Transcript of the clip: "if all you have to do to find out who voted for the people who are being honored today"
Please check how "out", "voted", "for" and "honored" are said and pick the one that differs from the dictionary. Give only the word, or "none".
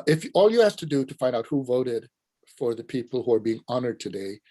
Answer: none